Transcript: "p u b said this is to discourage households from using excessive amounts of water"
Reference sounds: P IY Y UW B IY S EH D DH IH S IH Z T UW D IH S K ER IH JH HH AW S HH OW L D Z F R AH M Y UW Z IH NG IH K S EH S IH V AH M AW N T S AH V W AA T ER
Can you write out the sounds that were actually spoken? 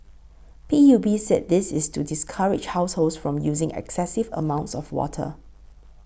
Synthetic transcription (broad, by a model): P IY Y UW B IY S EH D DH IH S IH S T UW D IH S K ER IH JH HH AW S HH OW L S F R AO M Y UW Z IH NG IH K S EH S IH V AH M AW N T S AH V W AA T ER